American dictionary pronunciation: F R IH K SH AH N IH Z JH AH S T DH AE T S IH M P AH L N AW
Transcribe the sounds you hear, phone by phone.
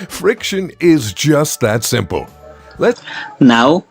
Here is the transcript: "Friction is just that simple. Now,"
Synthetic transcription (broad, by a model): F R IH K SH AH N IH Z JH AH S T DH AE T S IH M P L L N AW